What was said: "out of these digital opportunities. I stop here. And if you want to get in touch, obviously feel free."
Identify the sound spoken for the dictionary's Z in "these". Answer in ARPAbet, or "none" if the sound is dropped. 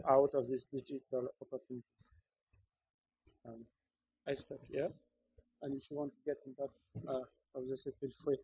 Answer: S